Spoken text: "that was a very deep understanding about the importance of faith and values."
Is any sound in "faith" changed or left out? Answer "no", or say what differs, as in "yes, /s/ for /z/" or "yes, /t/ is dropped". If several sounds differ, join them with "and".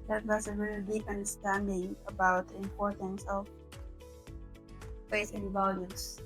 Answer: yes, /s/ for /θ/